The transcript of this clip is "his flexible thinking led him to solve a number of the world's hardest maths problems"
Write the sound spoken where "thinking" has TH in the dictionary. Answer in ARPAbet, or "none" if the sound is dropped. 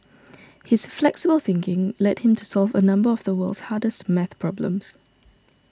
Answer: TH